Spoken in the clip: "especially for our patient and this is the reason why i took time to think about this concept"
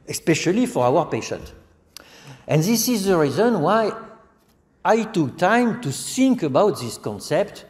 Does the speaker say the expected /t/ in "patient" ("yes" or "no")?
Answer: yes